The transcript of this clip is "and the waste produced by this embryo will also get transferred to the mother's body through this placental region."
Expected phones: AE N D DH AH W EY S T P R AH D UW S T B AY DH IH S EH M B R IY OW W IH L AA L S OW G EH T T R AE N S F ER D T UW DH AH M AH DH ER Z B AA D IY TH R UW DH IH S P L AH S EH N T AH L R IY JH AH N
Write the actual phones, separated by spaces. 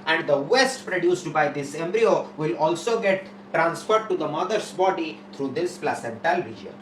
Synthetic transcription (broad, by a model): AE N D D AH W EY S T P R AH D UW S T B AY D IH S EH M B R IY OW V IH L AA L S OW G EH T T R AE N S F ER D T UW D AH M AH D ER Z B AA D IY T R UW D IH S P L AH S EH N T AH L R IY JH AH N